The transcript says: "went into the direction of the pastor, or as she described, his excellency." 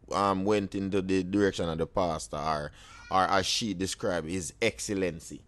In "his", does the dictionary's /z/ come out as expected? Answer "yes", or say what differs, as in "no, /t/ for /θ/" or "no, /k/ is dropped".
yes